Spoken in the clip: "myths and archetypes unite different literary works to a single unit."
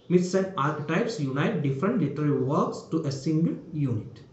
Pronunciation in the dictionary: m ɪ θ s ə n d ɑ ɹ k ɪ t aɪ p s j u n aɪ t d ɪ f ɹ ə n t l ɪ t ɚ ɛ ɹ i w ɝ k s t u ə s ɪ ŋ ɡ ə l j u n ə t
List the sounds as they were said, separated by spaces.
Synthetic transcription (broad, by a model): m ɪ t s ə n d ɑ ɹ k ɪ t aɪ p s j u n aɪ t d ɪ f ɹ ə n t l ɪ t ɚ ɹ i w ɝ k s t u ə s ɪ ŋ ɡ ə l j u n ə t